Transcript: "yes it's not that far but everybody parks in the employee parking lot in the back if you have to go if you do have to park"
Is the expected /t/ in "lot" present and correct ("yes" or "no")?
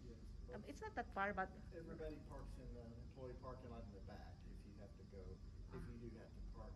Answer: no